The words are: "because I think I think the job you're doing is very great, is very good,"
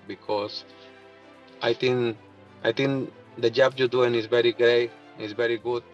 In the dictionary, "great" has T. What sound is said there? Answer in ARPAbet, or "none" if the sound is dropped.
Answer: none